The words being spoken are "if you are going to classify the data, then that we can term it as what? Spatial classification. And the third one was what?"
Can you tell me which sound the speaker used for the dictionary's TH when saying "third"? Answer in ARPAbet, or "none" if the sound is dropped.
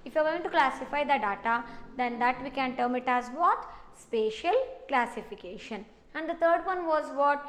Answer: T